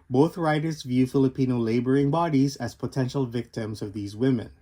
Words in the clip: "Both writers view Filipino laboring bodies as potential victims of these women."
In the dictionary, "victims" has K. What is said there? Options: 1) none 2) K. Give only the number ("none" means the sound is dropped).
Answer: 2